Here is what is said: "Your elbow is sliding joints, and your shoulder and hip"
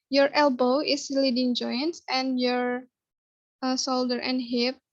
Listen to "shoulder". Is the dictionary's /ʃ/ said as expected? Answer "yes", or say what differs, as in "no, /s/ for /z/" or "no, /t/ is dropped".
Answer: no, /s/ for /ʃ/